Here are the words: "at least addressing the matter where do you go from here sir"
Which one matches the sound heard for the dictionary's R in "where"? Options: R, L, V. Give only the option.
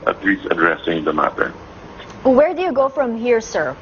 R